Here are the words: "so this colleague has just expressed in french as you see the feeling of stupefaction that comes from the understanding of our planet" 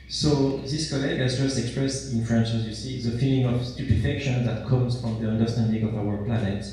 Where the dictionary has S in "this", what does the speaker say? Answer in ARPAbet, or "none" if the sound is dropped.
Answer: S